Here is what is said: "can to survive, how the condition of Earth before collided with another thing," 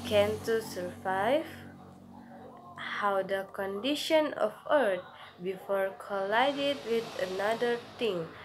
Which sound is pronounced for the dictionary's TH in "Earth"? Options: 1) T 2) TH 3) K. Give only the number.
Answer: 1